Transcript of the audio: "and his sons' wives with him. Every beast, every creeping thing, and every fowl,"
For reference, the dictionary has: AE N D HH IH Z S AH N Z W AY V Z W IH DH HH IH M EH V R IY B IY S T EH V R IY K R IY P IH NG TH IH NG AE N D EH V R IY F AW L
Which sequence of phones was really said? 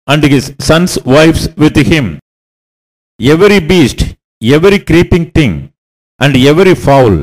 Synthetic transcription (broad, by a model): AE N D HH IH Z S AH N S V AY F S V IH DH HH IH M EH V R IY B IY S T EH V R IY K R IY P IH NG T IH NG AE N D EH V R IY F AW L